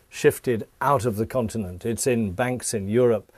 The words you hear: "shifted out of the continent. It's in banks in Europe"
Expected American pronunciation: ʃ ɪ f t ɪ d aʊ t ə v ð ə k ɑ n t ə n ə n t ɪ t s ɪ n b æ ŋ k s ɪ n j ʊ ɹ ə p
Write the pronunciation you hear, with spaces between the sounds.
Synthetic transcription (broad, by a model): ʃ ɪ f t ɪ d aʊ t ə v ð ə k ɑ n t ə n ə n t ɪ t s ɪ n b æ ŋ k s ɪ n j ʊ ɹ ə p